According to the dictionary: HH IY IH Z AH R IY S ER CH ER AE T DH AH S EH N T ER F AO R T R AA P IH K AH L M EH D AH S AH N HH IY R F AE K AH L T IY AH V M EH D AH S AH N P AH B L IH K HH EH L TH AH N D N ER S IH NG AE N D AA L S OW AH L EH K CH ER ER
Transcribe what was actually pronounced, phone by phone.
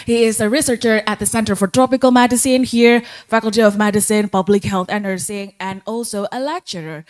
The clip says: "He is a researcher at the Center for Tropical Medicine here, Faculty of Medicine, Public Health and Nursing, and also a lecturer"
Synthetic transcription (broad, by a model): HH IY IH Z AH R IY S ER CH ER AE T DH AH S EH N T ER F AO R T R AA P IH K AH L M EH D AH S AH N HH IY R F AE K AH L T IY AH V M EH D AH S AH N P AH B L IH K HH EH L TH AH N N ER S IH NG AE N D AA L S OW AH L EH K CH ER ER